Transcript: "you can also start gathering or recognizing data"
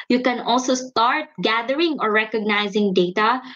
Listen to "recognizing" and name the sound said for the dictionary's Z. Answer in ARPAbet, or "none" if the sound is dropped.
Z